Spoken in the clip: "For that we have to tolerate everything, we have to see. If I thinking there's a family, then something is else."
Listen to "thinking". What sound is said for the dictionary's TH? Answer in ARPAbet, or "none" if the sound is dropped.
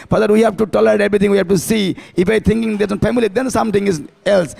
T